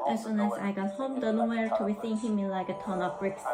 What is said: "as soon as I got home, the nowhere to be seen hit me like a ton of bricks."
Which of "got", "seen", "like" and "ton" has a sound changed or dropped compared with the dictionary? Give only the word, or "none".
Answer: seen